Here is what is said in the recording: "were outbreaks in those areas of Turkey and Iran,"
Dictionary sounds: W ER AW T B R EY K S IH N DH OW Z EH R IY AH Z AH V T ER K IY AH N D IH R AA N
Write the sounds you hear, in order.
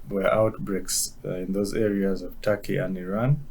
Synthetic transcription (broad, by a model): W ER AW T B R EY K S IH N DH OW Z EH R IY AH Z AH V T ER K IY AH N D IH R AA N